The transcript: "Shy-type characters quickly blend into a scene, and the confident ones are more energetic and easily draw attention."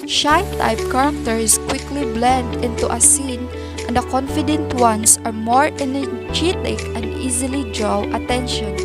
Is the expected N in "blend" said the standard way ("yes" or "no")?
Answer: yes